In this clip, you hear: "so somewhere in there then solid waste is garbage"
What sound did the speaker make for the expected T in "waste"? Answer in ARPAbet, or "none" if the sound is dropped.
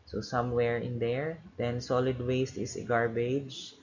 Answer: T